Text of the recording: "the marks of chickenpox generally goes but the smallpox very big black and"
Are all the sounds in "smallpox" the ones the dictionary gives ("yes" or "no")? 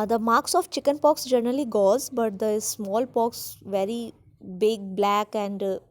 yes